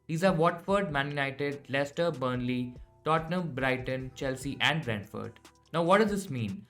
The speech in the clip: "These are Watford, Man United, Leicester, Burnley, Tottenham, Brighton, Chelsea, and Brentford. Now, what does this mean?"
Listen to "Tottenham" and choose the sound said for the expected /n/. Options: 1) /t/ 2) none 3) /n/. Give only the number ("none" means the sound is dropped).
3